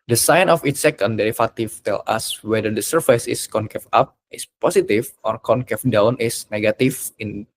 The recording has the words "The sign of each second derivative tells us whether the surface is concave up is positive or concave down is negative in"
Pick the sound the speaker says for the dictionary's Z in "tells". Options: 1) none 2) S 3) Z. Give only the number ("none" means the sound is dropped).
1